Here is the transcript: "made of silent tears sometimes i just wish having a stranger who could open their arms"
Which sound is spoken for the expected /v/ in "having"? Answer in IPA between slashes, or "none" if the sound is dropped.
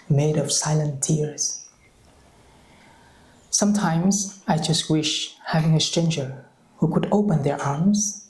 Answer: /v/